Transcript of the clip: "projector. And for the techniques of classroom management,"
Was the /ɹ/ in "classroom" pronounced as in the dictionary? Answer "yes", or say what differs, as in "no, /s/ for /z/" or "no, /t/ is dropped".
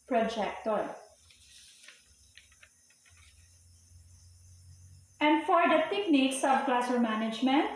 no, /ɹ/ is dropped